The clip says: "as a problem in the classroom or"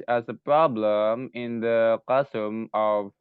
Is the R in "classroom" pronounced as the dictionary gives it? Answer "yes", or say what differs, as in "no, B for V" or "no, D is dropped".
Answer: no, R is dropped